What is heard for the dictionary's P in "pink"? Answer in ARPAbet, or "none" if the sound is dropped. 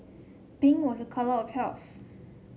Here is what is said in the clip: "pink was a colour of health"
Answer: B